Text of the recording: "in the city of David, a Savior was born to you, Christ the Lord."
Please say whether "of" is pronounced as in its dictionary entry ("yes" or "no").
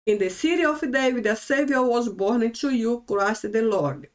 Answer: no